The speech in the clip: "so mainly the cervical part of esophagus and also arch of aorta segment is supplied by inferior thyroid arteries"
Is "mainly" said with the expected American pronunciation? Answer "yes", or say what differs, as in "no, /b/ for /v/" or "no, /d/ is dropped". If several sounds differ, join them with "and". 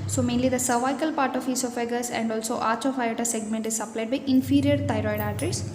yes